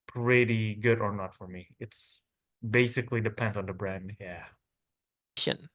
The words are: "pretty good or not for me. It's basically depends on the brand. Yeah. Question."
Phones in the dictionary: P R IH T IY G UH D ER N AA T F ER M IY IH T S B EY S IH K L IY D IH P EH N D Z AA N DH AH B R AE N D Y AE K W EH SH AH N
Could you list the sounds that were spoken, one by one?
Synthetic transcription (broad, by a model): P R IH T IY G UH D ER N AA T F ER M IY IH T S B EY S IH K L IY D IH P EH N D Z N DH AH B R AE N D Y AE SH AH N